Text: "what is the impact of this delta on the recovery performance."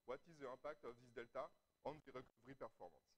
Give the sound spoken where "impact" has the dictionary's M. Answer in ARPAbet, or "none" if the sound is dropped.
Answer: none